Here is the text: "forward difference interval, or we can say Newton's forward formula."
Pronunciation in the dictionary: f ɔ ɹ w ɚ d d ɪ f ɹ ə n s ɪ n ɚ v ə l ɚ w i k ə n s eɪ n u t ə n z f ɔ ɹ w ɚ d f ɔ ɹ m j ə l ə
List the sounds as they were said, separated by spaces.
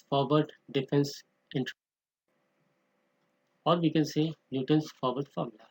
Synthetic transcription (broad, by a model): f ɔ ɹ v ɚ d d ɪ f ə n s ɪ n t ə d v i k ə n s eɪ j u t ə n s f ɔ ɹ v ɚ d f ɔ ɹ m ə l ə